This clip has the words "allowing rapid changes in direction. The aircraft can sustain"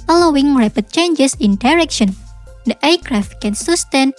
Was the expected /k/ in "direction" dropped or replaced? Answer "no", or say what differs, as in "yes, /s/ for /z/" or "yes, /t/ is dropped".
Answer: no